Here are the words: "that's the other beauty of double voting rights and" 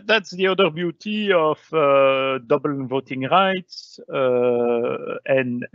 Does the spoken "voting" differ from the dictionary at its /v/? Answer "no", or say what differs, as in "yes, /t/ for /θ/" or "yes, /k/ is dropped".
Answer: no